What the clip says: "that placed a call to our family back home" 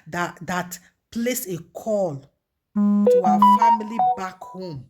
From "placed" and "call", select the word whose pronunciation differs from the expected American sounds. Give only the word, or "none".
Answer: placed